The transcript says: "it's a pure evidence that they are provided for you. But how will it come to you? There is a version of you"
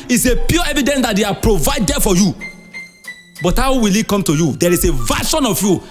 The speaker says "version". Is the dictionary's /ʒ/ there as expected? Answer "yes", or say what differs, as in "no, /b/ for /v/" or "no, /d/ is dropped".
no, /ʃ/ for /ʒ/